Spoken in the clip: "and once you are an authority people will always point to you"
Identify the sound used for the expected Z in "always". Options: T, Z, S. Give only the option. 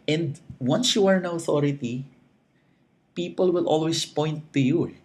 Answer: S